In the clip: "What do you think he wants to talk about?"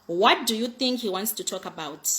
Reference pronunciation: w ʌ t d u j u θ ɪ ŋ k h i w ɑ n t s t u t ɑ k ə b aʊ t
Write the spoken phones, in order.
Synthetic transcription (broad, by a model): w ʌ t d u j u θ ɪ ŋ k h i w ɑ n t s t u t ɑ k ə b aʊ t